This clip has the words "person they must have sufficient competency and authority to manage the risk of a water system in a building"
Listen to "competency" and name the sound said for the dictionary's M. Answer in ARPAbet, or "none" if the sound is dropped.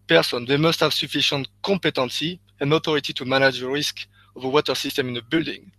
none